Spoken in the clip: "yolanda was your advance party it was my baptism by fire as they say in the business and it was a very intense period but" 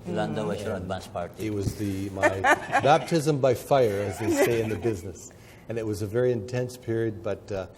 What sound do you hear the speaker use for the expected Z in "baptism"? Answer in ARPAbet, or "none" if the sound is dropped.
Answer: Z